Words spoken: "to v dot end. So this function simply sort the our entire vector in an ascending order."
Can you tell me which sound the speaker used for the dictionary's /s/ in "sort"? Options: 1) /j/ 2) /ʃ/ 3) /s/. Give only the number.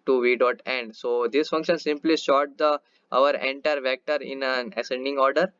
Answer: 2